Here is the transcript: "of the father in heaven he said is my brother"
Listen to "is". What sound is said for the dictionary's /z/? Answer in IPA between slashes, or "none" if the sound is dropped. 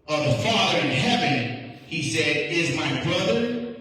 /z/